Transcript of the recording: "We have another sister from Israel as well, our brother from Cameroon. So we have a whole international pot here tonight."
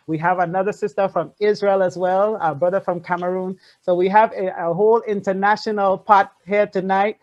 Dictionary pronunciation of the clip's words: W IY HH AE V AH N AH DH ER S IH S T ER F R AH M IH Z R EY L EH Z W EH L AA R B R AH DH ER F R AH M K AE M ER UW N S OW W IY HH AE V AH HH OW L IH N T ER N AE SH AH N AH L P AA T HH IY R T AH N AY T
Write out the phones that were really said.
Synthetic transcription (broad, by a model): W IY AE V AH N AH DH ER S IH S T ER F R AH M IH Z R EY L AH Z W EH L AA B R AH DH ER F R AH M K AE M ER UW N S OW W IY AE V AH HH OW L IH N T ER N AE SH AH N L P AA T HH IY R T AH N AY T